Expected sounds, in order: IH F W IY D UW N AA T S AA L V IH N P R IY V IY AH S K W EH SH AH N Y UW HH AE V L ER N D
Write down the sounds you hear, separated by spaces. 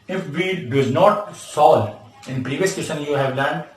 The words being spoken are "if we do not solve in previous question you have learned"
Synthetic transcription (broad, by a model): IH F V IY D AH N AA T S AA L IH N P R IY V IY AH S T EH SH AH N Y UW HH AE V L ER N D